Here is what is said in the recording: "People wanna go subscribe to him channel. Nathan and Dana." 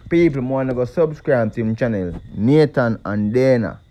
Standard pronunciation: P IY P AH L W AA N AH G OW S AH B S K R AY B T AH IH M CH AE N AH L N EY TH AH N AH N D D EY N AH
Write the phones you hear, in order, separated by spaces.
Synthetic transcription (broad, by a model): P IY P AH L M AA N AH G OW S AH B S K R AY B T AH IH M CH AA N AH L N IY T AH N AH N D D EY N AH